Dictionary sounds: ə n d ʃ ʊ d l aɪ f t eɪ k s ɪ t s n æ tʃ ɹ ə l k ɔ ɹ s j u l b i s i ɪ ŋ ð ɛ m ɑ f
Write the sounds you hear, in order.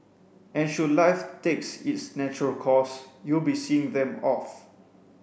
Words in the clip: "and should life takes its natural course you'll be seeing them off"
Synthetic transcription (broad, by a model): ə n ʃ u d l aɪ f t eɪ k s ɪ t s n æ tʃ ɹ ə l k ɔ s j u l b i s i ɪ ŋ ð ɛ m ɑ f